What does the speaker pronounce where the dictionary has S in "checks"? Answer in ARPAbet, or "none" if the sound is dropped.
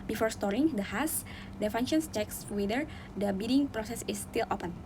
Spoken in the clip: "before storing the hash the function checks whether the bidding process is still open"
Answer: S